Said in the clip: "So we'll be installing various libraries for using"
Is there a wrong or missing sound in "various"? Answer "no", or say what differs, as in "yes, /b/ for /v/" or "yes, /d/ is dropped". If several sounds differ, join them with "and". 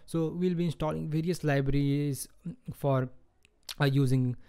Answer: no